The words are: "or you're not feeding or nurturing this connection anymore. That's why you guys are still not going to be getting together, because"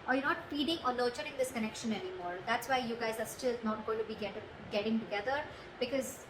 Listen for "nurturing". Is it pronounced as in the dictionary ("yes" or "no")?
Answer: no